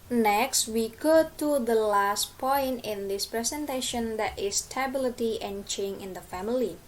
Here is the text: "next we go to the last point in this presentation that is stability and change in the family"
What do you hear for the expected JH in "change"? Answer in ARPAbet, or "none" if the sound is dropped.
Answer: none